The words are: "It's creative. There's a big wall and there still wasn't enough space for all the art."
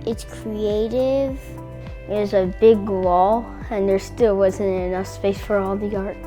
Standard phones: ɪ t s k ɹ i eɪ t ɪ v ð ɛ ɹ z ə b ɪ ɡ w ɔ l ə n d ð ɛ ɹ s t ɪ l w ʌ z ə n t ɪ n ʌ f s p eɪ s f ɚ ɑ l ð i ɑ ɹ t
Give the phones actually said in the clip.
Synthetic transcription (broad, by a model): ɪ t s k ɹ i eɪ t ɪ v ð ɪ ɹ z ə b ɪ ɡ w ɔ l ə n ð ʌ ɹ s t ɪ l w ʌ z ə n t ɪ n ʌ f s p eɪ s f ɚ ɑ l ð i ɑ ɹ t